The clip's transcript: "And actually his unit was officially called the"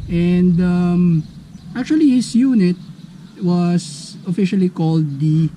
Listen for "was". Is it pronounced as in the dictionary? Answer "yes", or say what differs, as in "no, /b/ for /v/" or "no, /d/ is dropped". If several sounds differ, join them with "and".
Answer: no, /s/ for /z/